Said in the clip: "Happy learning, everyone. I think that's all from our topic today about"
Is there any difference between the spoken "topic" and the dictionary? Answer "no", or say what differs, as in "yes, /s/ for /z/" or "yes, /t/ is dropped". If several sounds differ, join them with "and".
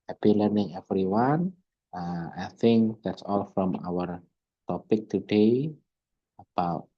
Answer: no